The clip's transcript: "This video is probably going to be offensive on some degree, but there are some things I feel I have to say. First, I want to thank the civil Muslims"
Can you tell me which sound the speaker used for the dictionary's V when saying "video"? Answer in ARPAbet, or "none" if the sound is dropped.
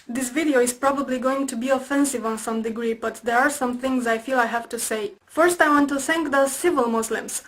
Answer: V